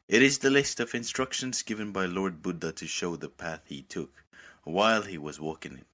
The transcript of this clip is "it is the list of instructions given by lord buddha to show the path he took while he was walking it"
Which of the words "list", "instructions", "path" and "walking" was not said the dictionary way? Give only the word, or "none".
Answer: none